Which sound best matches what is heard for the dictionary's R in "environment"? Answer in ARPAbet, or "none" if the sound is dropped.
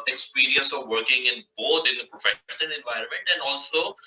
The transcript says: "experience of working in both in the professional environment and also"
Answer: R